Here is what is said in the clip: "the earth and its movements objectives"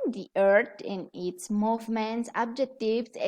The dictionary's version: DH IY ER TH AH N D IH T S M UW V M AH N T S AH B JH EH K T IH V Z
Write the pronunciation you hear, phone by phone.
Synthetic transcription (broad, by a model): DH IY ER T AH N IH T S M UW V M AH N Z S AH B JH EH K T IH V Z